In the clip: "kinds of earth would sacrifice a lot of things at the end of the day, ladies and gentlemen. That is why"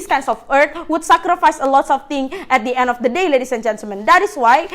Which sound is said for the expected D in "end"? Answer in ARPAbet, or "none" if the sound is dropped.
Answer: D